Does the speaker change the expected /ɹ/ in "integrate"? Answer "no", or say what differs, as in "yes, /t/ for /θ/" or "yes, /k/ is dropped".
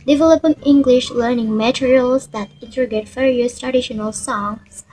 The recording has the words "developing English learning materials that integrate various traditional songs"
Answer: yes, /ɹ/ is dropped